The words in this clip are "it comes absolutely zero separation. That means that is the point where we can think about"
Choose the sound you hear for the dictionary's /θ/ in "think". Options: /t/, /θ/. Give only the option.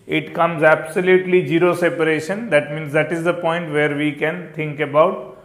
/t/